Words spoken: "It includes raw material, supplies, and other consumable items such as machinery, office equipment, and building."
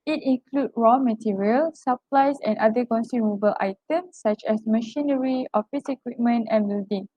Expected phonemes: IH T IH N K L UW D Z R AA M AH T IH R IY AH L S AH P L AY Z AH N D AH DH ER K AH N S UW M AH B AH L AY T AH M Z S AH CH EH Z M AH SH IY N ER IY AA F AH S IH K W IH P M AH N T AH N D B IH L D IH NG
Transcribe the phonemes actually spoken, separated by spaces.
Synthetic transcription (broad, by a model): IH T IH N K L UW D R AA M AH T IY R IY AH L S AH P L AY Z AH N D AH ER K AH N S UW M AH B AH L AY T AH M S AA CH EH S M AH SH IY N ER IY AA F AH S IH K W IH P M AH N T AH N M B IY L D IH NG